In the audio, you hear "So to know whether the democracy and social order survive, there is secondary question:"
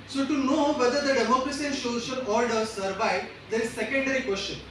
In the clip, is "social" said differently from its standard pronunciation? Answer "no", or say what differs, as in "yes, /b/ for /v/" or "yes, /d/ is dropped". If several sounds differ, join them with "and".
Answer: yes, /n/ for /l/